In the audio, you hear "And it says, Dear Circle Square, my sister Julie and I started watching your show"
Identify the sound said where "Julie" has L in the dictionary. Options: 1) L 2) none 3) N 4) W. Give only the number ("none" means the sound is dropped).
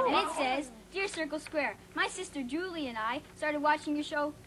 1